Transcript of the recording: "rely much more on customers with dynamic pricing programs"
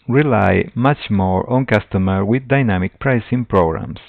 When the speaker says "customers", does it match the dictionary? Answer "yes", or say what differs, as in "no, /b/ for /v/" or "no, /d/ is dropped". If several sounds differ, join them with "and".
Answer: no, /z/ is dropped